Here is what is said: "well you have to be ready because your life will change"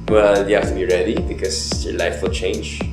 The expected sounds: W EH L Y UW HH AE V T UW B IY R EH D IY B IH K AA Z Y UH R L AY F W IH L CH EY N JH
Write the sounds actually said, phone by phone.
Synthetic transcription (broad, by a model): W EH L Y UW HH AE F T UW B IY R EH D IY B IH K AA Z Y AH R L AY F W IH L CH EY N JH